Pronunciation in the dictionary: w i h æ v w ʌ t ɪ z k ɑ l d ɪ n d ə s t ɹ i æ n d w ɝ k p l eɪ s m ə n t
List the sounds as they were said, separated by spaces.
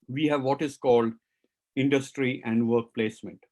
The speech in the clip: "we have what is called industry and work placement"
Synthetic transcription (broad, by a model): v i h æ v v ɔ t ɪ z k ɑ l d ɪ n d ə s t ɹ i æ n d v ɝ k p l eɪ s m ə n t